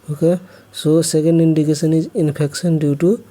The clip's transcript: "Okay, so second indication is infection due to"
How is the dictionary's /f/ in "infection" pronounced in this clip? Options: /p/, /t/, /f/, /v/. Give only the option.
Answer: /p/